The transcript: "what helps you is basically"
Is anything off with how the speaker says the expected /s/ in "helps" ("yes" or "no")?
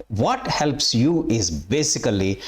no